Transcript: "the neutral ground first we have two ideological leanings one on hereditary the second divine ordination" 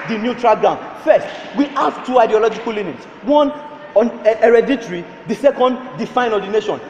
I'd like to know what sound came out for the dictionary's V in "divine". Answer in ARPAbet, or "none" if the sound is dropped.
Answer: F